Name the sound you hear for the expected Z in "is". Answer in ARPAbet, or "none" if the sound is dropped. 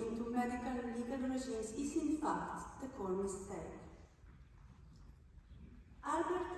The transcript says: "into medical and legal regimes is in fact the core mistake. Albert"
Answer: S